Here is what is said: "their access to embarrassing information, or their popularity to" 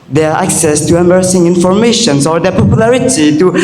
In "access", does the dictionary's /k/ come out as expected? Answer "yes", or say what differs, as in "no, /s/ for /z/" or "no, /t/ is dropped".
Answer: yes